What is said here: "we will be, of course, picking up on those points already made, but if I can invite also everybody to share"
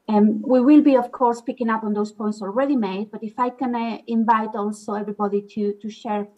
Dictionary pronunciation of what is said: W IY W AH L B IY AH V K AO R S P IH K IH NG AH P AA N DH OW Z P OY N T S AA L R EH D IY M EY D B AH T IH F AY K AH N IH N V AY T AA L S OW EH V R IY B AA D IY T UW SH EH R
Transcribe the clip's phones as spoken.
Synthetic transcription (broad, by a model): W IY W AH L B IY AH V K AO R S P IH K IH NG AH P AA N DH OW S P OY N T S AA L R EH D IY M EY D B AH T IH F AY K AH N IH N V AY T AA L S OW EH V R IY B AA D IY T UW SH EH R